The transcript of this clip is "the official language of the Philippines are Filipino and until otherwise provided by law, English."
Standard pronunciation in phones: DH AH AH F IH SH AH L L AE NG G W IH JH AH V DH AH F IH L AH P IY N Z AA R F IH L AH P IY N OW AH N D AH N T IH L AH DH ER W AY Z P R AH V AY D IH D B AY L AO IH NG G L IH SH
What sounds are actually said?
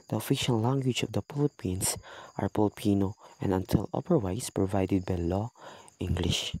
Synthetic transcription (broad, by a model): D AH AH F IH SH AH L L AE NG G W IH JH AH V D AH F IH L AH P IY N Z AA R P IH L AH P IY N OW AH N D AH N T IH L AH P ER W AY S P R AH V AY D IH D B AY L AO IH NG G L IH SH